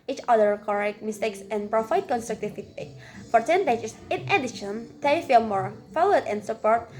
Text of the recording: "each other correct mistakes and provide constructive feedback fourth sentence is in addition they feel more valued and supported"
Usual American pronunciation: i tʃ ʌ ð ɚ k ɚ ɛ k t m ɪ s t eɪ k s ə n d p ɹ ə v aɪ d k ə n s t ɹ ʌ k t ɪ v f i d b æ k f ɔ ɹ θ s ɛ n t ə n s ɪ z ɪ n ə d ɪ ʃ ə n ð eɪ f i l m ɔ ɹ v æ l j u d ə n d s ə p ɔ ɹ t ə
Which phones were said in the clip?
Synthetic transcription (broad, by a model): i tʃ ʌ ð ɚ k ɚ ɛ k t m ɪ s t eɪ k s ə n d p ɹ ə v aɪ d k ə n s t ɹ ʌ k t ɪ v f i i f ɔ ɹ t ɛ n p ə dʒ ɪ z ɪ n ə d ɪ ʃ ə n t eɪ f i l m ɔ ɹ f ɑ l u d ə n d s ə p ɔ ɹ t